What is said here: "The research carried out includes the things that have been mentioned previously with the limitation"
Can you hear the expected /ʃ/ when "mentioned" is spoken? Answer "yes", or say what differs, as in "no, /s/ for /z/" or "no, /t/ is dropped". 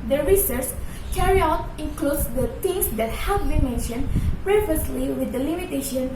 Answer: yes